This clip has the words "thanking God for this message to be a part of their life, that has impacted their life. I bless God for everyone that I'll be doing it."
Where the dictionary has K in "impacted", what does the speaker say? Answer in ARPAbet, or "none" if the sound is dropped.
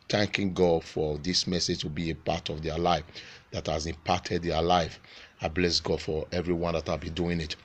none